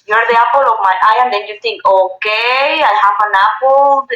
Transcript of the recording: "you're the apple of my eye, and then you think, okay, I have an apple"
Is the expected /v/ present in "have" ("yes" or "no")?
no